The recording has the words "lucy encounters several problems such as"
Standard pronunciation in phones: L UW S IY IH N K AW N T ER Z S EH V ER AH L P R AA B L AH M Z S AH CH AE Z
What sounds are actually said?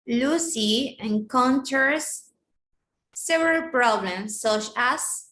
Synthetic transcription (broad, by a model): L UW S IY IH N K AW N T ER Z S EH V ER AH L P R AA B L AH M S AH CH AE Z